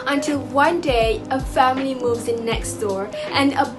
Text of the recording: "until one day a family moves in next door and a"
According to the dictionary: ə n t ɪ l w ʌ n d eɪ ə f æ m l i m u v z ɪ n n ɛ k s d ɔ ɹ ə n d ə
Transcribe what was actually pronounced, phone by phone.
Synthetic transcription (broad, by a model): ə n t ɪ l w ʌ n d eɪ ə f æ m l i m u v z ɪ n n ɛ k s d ɔ ɹ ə n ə